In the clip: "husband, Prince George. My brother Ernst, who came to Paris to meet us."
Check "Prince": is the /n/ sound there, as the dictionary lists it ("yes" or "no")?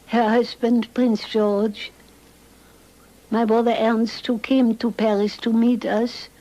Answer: yes